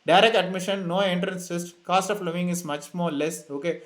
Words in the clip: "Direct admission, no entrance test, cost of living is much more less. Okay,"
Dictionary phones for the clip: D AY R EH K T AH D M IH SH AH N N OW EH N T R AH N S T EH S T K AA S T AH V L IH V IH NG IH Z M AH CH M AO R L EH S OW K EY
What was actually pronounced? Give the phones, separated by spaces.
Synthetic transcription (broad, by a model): D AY R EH K T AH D M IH SH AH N N OW EH N T R AH N S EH S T K AA S T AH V L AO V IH NG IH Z M AH CH M AO R L EH S OW K EY